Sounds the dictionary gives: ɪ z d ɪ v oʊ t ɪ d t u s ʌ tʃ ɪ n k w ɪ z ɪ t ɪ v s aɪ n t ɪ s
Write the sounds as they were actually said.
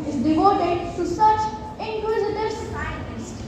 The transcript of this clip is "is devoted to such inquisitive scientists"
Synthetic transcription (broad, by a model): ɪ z d ɪ v oʊ t ɪ d t u s ʌ tʃ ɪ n k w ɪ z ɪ t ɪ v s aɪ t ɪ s